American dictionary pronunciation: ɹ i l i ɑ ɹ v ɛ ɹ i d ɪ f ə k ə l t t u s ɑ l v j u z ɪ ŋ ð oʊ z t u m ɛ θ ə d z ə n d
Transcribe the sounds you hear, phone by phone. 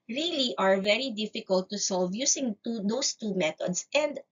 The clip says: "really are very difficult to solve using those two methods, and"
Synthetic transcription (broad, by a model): ɹ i l i ɑ ɹ v ɛ ɹ i d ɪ f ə k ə l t t u s ɑ l v j u s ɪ ŋ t oʊ s t u m ɛ t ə d s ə n d